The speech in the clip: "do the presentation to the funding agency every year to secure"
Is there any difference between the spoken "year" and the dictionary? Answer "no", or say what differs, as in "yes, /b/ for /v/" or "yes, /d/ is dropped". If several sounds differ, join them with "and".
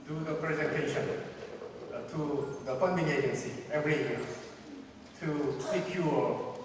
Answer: yes, /l/ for /ɹ/